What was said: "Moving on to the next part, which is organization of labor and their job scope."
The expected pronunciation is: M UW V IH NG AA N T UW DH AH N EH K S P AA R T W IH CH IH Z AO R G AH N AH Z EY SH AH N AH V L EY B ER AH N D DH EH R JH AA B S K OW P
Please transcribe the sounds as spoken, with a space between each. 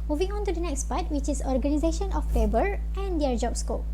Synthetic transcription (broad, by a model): M UW V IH NG AA N T UW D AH N EH K S P AA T W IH CH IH S AO R G AH N AH Z EY SH AH N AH F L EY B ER AH N D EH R JH AA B S K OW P